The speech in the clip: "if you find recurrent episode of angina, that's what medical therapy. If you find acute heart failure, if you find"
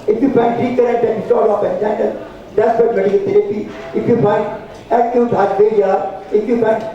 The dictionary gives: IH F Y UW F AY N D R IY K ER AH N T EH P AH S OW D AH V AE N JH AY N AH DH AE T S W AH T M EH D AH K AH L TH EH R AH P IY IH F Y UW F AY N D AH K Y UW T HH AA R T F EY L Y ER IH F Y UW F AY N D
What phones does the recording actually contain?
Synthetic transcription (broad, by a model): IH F Y UW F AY N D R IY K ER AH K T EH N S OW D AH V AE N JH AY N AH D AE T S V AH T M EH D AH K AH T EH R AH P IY IH F Y UW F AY N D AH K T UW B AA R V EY Y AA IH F Y UW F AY N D